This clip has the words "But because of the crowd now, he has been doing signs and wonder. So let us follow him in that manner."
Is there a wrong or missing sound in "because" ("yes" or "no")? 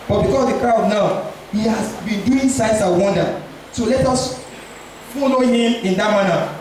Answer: yes